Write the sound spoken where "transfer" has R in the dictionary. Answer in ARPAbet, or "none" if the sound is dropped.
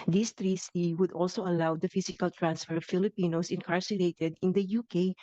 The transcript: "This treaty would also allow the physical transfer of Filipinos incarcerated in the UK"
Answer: R